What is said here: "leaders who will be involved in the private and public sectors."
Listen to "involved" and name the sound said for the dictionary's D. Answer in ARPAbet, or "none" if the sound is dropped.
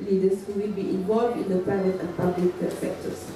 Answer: D